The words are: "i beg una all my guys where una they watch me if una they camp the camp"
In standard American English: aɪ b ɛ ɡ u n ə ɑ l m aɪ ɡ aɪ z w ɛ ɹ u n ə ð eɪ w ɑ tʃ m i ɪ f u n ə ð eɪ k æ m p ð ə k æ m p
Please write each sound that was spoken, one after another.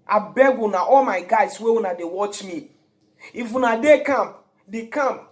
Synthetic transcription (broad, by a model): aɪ b ɛ ɡ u n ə ɑ l m aɪ ɡ aɪ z w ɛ u n ə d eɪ w ɑ tʃ m i ɪ f u n ə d eɪ k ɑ m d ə k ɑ m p